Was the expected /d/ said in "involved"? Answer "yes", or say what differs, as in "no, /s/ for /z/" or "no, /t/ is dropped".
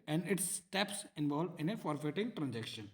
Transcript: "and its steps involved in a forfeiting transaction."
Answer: no, /d/ is dropped